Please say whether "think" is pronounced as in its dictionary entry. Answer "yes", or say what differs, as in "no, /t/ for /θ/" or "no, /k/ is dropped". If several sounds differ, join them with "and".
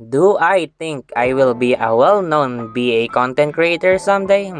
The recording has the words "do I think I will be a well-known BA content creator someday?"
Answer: no, /t/ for /θ/